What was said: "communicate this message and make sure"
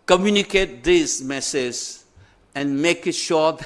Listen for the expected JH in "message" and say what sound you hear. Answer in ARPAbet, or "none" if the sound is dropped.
Z